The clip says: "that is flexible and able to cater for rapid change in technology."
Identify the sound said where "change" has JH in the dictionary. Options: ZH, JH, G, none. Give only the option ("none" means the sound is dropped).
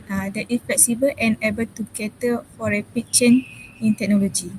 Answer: none